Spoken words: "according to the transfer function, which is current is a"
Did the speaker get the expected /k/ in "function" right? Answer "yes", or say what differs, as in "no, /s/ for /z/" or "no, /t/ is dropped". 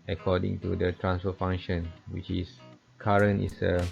no, /k/ is dropped